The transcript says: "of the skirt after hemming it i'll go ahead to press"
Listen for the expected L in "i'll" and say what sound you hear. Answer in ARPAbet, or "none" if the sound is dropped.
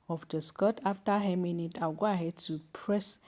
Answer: W